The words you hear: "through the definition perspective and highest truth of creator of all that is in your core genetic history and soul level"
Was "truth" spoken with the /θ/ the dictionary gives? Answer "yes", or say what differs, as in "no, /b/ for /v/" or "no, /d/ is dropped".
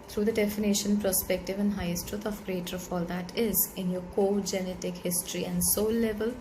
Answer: no, /t/ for /θ/